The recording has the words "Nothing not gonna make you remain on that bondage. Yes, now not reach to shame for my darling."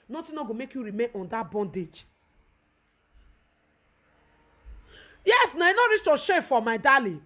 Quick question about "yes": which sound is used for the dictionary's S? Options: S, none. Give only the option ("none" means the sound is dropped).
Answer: S